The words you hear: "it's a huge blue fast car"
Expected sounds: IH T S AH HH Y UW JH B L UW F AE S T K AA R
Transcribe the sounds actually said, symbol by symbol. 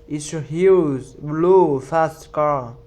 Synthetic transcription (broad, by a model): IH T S AH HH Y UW Z B L UW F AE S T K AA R